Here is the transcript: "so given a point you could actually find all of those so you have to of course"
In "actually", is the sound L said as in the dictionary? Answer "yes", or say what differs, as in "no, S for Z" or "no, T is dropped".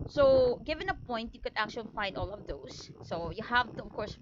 yes